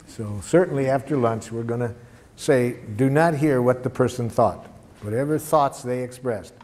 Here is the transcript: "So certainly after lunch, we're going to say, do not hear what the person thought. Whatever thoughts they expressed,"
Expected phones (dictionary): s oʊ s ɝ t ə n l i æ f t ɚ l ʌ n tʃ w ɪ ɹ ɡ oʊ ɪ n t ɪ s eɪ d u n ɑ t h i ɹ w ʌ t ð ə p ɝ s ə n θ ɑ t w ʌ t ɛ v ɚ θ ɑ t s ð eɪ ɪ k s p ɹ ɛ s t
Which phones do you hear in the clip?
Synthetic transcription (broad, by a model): s oʊ s ɝ t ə n l i æ f t ɚ l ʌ n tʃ w ɪ ɹ ɡ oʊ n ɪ s eɪ d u n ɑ t h i ɹ w ʌ t ð ə p ɝ s ə n θ ɑ t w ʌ t ɛ v ɚ θ ɑ t s ð eɪ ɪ k s p ɹ ɛ s t